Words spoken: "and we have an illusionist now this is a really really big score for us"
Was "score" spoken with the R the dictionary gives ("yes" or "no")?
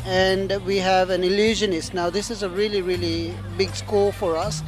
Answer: no